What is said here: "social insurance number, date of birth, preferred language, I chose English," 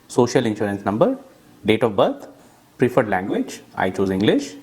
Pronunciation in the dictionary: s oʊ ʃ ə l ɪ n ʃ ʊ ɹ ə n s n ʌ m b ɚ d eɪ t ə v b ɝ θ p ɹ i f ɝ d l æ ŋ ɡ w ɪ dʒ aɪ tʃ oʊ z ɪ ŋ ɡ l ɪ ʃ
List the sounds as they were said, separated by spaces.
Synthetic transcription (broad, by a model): s oʊ ʃ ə l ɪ n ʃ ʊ ɹ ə n s n ʌ m b ɚ d eɪ t ə v b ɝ t p ɹ i f ɝ d l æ ŋ ɡ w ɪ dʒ aɪ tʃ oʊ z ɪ ŋ ɡ l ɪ ʃ